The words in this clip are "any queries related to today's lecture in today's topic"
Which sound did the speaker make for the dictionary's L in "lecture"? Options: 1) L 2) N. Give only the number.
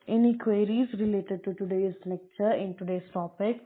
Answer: 2